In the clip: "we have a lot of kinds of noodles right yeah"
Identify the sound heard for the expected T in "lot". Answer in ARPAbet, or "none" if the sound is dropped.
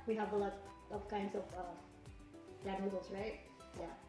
none